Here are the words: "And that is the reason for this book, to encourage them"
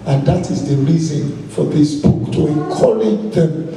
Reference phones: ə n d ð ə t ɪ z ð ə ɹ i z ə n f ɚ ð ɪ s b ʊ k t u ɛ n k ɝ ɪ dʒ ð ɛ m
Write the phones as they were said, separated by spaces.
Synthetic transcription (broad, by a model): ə n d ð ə t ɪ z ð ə ɹ i z ə n f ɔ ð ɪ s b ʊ k t u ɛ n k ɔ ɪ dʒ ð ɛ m